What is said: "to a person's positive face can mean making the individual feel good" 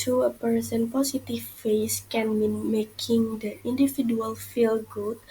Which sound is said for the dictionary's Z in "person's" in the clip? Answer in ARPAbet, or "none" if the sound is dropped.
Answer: none